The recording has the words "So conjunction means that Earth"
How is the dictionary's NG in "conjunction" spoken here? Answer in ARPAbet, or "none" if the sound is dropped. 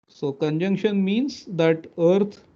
NG